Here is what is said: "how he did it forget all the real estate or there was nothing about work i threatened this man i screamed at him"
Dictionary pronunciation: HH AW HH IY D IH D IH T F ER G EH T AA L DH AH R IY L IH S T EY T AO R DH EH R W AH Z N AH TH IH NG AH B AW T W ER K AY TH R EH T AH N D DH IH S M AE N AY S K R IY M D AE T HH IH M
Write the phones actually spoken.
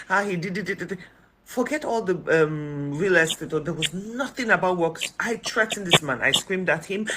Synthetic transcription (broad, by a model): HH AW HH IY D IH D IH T F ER G EH T AA L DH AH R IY L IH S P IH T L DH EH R W AH Z N AH TH IH NG AH B AW T W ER K AY T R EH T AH N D DH IH S M AE N AY S K R IY M D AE T HH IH M